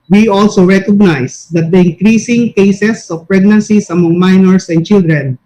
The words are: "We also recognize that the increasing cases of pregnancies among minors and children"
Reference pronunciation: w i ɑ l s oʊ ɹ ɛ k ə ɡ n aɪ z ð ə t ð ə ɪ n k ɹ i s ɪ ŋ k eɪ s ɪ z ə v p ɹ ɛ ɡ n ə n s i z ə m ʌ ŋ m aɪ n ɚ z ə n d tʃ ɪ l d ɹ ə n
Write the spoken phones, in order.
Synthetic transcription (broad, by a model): w i ɑ l s oʊ ɹ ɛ k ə ɡ n aɪ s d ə t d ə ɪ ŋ k ɹ i s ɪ ŋ k eɪ s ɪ s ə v p ɹ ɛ ɡ n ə n s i s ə m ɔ ŋ m aɪ n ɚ s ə n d tʃ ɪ l d ɹ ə n